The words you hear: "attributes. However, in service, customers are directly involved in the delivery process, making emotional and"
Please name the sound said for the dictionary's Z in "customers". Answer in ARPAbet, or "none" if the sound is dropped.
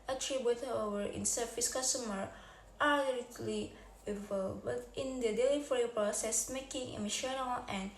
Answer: none